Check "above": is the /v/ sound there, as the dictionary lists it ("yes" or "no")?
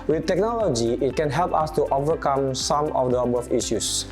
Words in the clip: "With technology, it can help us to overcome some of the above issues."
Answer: no